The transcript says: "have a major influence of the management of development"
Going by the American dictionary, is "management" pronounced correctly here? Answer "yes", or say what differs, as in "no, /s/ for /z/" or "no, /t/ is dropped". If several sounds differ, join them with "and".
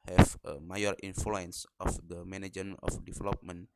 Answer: no, /t/ is dropped